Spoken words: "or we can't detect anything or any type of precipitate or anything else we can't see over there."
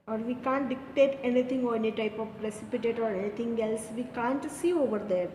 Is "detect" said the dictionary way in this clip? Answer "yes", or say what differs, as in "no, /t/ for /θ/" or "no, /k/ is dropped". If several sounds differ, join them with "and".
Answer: no, /k/ is dropped